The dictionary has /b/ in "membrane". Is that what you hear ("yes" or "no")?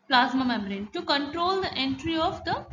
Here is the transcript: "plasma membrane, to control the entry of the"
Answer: no